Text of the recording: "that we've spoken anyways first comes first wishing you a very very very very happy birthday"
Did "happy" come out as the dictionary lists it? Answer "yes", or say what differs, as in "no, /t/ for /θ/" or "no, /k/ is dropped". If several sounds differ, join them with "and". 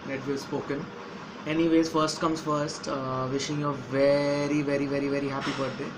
yes